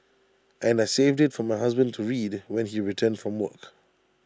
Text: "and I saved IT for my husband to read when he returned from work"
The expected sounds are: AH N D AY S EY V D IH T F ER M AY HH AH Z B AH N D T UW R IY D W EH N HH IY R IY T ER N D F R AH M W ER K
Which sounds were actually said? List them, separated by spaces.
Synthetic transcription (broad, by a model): AH N D AY S EY V D IH T F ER M AY HH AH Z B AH N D T UW R IY D W EH N HH IY R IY T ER N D F R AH M W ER K